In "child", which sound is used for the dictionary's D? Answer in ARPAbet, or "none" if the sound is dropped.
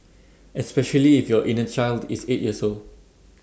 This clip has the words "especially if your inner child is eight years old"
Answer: D